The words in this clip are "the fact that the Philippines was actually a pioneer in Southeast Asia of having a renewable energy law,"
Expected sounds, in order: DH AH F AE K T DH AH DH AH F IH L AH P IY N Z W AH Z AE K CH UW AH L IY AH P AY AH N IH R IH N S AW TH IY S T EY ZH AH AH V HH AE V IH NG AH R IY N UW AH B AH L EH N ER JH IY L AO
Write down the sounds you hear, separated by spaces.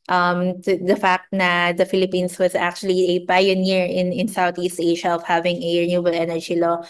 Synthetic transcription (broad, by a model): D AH F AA K T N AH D AH F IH L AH P IY N S W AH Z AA K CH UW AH L IY AH P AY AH N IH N IH N S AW T IY S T EY SH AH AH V HH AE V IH NG AH R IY N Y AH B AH L EH N ER JH IY L AO